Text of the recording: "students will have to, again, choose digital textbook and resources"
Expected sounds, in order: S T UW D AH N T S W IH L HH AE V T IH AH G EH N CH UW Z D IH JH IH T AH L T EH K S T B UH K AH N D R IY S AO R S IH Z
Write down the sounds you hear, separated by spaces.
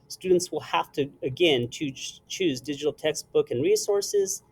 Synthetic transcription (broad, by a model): S T UW D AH N T S W IH L HH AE F T IH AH G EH N CH UW Z D IH JH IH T L T EH K S T B UH K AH N R IY S AO R S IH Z